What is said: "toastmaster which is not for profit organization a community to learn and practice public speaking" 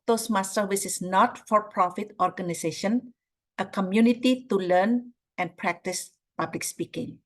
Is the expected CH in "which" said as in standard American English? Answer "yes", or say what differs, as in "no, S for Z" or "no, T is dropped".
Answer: no, S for CH